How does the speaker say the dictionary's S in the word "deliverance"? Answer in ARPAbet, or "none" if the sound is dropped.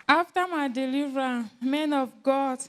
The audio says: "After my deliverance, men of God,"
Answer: none